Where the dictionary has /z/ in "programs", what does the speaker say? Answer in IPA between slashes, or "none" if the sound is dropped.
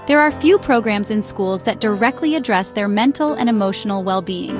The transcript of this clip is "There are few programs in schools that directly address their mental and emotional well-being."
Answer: /z/